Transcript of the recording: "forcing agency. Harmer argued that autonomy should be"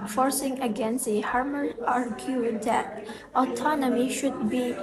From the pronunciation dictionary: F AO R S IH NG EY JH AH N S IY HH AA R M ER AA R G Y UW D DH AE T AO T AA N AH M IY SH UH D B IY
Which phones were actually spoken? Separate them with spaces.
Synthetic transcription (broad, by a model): F AO R S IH NG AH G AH N S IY HH AA R M ER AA R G Y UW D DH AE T AO T AA N AH M IY SH UH D B IY